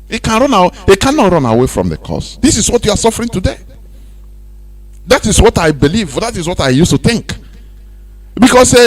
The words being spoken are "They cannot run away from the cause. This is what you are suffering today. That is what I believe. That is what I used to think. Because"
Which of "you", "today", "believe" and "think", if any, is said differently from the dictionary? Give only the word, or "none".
none